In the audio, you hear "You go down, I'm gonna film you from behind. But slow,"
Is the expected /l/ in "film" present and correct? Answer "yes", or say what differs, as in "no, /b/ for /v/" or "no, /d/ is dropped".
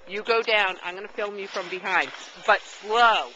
yes